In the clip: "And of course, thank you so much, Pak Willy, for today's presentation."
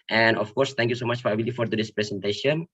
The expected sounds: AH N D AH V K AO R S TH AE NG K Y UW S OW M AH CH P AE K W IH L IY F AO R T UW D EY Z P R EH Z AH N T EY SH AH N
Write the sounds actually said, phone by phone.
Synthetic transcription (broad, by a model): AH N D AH F K AO R S T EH NG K Y UW S OW M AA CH F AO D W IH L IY F AO R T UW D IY S P R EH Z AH N T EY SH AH N